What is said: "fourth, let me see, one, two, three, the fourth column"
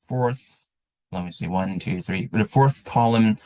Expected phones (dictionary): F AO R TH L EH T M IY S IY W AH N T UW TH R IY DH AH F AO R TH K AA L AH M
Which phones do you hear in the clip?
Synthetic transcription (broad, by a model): F AO R TH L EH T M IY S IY W AH N T UW TH R IY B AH F AO R TH K AA L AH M